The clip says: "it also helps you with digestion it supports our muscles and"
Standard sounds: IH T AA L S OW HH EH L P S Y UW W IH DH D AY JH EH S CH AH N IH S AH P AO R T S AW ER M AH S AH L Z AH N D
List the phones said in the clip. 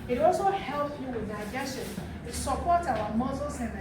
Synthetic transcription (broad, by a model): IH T AA L S OW HH EH L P Y UW W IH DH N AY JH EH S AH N IH S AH P AO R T AW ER M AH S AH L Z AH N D